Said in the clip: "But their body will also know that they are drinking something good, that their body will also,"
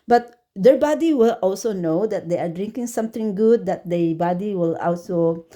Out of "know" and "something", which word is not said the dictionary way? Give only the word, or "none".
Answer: something